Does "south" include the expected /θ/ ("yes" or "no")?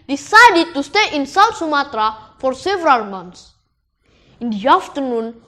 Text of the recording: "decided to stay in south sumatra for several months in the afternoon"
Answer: no